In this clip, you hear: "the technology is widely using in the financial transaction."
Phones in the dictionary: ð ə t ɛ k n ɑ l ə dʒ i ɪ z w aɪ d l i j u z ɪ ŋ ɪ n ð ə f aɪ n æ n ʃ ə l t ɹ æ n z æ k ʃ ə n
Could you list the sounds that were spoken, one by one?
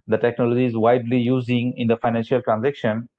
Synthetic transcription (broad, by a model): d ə t ɛ k n ɑ l ə dʒ i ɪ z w aɪ d l i j u z ɪ ŋ ɪ n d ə f aɪ n æ n ʃ ə l t ɹ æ n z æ k ʃ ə n